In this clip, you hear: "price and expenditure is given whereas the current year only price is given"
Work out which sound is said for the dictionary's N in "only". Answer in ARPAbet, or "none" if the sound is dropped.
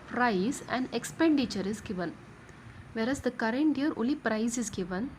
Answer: none